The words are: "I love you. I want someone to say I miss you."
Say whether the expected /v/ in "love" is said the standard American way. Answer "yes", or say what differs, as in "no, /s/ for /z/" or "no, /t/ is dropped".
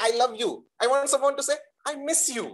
yes